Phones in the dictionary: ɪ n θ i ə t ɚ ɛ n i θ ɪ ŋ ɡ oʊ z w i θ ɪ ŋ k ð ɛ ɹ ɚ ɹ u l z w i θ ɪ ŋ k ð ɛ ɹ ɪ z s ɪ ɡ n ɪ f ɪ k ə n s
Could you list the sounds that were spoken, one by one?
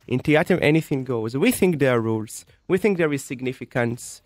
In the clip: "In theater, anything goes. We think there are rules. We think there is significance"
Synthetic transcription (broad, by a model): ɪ n t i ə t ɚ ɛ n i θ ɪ ŋ ɡ oʊ z w i θ ɪ ŋ k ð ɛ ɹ ɹ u l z w i θ ɪ ŋ k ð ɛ ɹ ɪ z s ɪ ɡ n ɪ f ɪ k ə n s